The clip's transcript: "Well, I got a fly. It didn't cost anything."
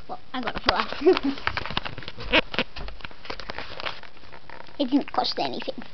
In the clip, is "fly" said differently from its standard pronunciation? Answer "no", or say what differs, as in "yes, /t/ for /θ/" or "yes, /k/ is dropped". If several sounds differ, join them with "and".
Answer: yes, /l/ is dropped